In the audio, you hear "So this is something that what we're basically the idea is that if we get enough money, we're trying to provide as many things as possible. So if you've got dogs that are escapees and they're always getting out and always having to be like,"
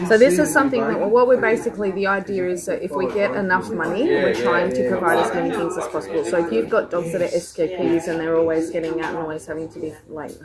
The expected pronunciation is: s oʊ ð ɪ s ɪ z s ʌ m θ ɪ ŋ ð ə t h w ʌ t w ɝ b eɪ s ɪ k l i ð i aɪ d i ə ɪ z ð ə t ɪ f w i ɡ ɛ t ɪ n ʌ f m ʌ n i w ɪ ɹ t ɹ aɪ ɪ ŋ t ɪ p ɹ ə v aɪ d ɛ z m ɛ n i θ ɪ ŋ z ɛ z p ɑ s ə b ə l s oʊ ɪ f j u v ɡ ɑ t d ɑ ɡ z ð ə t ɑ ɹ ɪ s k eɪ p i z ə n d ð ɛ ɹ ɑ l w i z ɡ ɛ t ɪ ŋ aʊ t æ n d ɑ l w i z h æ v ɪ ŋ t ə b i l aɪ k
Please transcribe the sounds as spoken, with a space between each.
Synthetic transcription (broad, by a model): s oʊ ð ɪ s ɪ z s ʌ m θ ɪ ŋ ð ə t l w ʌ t w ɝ b eɪ s ɪ k l i ð i aɪ d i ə ɪ z ð ə t ɪ f w i ɡ ɛ t ɪ n ʌ f m ʌ n i w ɪ ɹ t ɹ aɪ ɪ ŋ t ɪ p ɹ ə v aɪ d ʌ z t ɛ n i θ ɪ ŋ z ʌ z p ɑ s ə b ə l s oʊ ɪ f j u v ɡ ɑ t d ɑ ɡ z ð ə t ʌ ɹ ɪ s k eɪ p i z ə n ð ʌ ɹ ɑ l w i z ɡ ɛ t ɪ ŋ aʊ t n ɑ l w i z h æ v ɪ ŋ t ə b i l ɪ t